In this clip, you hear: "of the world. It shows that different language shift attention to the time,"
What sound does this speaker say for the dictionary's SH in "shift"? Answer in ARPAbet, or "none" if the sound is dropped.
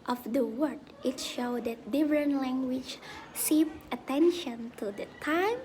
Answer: S